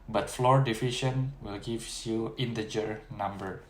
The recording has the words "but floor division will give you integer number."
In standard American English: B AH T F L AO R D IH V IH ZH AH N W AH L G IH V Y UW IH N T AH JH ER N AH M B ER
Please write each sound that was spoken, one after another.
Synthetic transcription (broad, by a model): B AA T F L AO R D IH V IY SH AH N W AH L G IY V Y UW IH N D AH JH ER N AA M B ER